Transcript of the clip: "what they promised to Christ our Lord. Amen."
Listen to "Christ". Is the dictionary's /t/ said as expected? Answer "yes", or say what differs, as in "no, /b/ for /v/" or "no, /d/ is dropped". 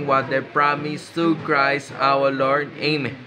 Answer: no, /t/ is dropped